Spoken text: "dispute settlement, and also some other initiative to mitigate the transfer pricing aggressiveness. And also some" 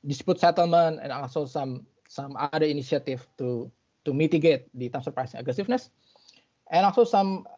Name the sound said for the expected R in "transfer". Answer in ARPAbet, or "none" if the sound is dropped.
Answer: none